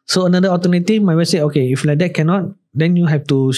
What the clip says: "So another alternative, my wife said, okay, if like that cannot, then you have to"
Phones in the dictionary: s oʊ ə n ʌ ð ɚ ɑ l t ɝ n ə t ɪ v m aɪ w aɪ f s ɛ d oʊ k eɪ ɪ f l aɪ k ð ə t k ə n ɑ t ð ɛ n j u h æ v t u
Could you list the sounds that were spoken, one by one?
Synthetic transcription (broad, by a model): s oʊ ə n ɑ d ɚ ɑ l t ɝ n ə t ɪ f m aɪ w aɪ s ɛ oʊ k eɪ ɪ f l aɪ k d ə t k ə n ɑ t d ɛ n j u h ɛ f t u